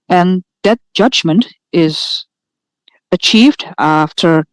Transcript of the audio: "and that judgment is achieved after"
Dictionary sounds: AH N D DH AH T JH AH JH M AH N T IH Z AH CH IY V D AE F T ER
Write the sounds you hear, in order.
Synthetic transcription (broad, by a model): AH N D DH AH T JH AH JH M AH N T IH Z AH CH IY V D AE F T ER